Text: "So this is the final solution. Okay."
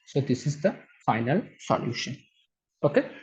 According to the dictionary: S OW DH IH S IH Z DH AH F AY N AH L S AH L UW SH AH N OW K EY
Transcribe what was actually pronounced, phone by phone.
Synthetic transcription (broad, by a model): S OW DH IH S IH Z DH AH F AY N AH L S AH L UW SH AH N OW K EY